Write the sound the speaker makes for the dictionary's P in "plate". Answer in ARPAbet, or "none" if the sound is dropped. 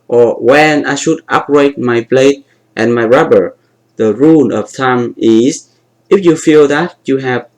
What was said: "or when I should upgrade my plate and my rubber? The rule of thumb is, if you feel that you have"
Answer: B